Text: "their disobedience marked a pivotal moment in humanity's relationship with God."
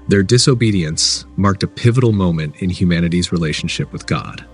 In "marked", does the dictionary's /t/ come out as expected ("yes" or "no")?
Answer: yes